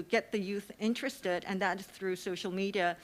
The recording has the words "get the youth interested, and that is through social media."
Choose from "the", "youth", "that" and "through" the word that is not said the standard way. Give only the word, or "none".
none